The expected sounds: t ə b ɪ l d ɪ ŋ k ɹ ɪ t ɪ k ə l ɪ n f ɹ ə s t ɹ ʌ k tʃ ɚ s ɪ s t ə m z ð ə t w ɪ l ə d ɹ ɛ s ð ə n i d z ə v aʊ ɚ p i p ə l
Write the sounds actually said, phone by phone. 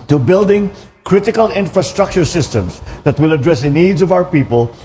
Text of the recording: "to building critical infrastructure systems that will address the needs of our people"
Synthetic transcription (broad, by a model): t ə b ɪ l d ɪ ŋ k ɹ ɪ t ɪ k ə l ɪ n f ɹ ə s t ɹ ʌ k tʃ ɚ s ɪ s t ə m s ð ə t w ɪ l ə d ɹ ɛ s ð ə n i d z ə v aʊ ɚ p i p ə l